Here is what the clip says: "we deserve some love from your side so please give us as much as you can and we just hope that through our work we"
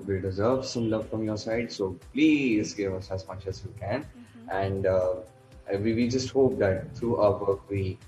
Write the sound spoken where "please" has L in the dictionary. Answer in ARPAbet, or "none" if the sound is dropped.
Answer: L